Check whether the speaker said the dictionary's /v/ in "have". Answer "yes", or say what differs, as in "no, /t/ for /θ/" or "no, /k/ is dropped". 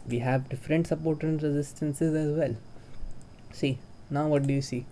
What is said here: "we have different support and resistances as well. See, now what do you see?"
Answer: yes